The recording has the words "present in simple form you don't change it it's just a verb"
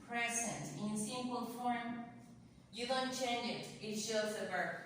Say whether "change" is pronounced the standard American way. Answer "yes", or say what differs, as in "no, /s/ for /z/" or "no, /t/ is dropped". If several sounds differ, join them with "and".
no, /dʒ/ is dropped